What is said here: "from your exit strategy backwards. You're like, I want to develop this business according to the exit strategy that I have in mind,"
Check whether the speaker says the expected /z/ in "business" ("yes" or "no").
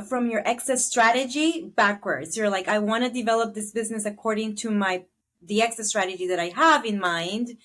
yes